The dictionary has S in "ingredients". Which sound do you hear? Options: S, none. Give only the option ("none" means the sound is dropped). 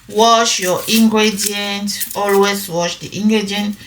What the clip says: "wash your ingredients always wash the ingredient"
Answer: none